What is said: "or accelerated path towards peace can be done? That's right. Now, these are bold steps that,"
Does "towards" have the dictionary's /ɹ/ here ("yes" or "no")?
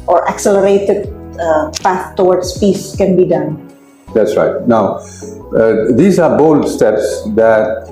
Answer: no